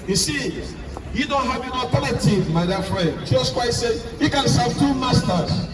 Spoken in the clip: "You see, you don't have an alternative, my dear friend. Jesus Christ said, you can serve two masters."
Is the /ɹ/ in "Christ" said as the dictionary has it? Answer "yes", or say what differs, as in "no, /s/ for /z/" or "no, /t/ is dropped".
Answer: no, /w/ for /ɹ/